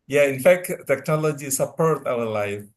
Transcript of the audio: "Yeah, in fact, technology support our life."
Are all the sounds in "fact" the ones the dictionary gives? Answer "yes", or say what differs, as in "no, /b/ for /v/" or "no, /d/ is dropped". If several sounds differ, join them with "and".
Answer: yes